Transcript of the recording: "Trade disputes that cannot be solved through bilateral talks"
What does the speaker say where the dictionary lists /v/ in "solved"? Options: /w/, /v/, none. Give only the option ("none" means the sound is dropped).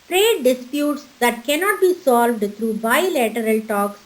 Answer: /v/